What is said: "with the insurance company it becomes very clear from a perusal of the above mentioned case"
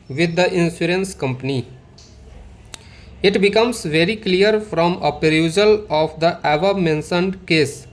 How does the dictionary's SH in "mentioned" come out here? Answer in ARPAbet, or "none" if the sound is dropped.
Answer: S